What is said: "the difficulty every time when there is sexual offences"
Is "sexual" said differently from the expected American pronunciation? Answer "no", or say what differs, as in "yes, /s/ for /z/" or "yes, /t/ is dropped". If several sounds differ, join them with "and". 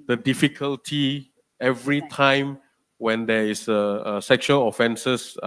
no